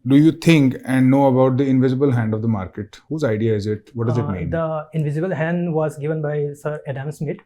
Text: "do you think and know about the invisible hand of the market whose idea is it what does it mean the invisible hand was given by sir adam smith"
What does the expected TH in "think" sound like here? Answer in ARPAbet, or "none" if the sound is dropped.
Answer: T